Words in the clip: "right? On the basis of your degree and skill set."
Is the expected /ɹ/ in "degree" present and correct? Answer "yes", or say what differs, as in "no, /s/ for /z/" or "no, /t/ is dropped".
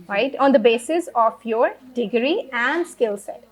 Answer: yes